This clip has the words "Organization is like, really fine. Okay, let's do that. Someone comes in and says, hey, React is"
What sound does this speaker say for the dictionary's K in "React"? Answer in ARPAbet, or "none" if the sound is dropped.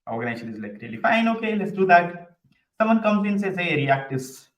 K